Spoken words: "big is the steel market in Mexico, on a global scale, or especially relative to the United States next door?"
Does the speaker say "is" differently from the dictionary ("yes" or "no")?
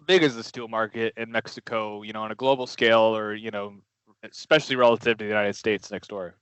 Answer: no